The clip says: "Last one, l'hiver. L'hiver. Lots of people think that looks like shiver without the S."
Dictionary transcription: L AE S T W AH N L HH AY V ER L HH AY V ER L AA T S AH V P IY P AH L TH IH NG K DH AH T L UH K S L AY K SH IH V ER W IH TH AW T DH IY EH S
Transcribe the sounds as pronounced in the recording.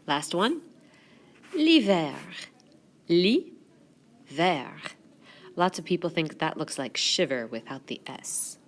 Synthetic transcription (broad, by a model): L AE S T W AH N L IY V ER L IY V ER L AA T S AH V P IY P L TH IH NG K DH AH T L UH K S L AY K SH IH V ER W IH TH AW T DH IY EH S